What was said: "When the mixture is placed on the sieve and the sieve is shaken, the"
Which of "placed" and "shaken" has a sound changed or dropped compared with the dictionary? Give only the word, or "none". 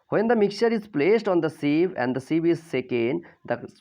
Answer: shaken